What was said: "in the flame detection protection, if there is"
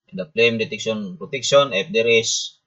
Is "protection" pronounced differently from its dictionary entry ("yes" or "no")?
yes